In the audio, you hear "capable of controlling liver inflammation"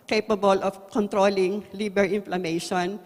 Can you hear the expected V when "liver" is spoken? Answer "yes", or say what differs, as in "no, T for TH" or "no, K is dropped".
no, B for V